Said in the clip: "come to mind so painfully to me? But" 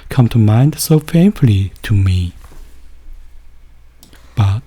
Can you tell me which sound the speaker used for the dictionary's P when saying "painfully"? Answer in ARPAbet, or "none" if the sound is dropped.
F